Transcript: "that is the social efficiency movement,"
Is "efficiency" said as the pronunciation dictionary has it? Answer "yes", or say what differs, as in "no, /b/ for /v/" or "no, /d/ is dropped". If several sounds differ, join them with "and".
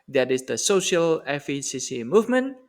no, /s/ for /ʃ/ and /n/ is dropped